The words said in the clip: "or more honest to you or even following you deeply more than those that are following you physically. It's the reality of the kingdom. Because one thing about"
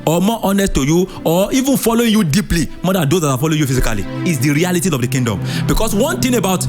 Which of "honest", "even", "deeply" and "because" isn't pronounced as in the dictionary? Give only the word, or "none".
because